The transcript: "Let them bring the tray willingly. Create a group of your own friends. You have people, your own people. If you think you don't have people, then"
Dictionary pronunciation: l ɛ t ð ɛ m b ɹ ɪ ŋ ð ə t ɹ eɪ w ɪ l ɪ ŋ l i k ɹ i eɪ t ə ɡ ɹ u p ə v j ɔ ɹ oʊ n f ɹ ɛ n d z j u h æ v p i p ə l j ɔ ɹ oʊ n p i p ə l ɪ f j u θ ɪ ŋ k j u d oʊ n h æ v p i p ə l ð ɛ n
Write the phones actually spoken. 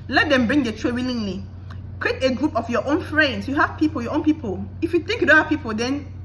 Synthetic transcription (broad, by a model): l ɛ t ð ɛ m b ɹ ɪ ŋ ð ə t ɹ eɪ w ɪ l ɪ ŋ l i k ɹ i eɪ t ə ɡ ɹ u p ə f j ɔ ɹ oʊ n f ɹ ɛ n d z j u h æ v p i p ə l j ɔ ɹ oʊ n p i p ə l ɪ f j u θ ɪ ŋ k j u d oʊ n h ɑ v p i p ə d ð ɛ n